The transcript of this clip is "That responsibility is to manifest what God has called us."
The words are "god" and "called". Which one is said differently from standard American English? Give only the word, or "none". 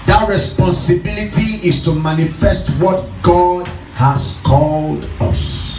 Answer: none